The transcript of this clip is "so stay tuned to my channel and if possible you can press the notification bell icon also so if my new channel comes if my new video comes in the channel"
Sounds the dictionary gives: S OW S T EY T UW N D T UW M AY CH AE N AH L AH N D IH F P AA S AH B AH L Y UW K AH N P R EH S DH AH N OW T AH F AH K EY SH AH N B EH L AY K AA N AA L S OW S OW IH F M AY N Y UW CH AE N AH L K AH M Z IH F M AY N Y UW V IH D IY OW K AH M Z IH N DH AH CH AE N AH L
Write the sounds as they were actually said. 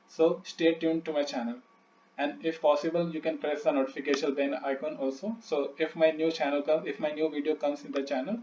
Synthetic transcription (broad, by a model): S OW S T EY T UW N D T UW M AY CH AE N AH L AH N D IH F P AA S AH B AH L Y UW K AH N P R EH S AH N OW T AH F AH K EY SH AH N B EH N AY K AA N AA L S OW S OW IH F M AY N Y UW CH AE N AH L K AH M IH F M AY N Y UW V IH D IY OW K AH M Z IH N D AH CH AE N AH L